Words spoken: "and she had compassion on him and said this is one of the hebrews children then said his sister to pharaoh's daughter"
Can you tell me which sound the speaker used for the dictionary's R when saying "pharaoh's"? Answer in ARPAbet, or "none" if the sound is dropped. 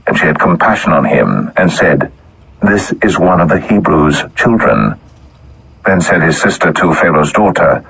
L